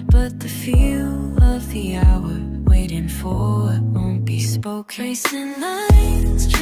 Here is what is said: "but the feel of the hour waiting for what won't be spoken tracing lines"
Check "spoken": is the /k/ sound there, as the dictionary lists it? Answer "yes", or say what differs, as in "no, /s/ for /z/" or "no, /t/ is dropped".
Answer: no, /k/ is dropped